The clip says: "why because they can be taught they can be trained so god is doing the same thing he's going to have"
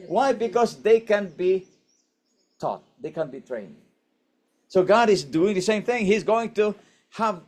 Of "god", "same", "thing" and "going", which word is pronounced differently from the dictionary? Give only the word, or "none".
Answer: none